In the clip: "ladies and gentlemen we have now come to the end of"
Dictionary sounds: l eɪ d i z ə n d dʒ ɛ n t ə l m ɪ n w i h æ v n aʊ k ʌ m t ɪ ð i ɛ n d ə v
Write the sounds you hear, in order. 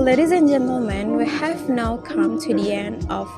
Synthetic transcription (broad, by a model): l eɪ d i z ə n dʒ ɛ n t l m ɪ n w i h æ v n aʊ k ʌ m t ɪ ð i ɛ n ə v